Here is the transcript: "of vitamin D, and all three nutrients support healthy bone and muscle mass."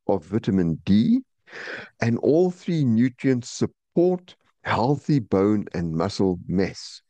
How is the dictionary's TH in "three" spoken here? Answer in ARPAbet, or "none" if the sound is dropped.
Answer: TH